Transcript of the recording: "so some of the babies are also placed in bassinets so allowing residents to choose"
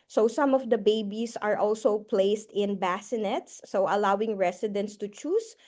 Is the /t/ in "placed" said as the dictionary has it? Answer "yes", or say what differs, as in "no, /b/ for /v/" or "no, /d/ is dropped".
yes